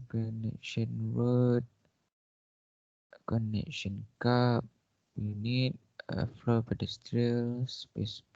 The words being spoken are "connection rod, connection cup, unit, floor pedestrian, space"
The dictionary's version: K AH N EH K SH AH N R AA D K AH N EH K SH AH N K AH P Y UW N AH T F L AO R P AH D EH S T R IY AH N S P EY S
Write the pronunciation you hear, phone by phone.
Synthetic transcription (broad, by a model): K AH N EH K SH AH N W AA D K AH N EH K SH AH N K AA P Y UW N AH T F L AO P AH D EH S T R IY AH L S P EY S